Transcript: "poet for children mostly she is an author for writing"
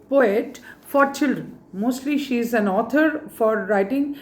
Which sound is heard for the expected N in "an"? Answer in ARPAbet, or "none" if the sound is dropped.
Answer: N